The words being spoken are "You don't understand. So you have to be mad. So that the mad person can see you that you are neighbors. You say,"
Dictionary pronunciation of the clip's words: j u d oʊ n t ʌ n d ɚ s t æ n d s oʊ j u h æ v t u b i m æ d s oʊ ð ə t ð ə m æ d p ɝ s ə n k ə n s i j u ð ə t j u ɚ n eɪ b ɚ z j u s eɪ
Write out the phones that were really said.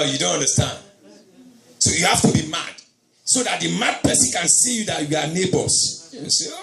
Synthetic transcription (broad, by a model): j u d oʊ n t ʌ n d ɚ s t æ n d s oʊ j u h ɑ f t u b i m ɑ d s oʊ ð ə t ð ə m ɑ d p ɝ s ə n k ə n s i j u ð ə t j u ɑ n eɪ b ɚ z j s